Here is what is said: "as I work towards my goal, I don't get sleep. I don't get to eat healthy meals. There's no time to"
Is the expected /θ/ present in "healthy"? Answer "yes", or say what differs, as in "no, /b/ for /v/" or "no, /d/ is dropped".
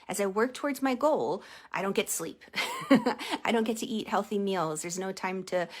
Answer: yes